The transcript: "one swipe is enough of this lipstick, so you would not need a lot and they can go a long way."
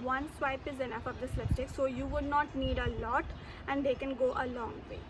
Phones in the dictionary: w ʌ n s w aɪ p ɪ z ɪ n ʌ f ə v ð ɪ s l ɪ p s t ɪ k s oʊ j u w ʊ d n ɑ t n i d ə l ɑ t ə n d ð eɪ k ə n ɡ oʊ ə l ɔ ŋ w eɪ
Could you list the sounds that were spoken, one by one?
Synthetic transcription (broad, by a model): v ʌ n s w aɪ p ɪ z ɪ n ʌ f ə v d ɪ s l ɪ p t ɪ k s oʊ j u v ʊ d n ɑ t n i d ə l ɑ t ə n d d eɪ k ə n ɡ oʊ ə l ɔ ŋ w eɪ